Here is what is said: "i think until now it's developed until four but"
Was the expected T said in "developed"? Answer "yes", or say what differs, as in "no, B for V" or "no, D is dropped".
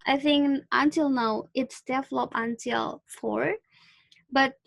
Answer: no, T is dropped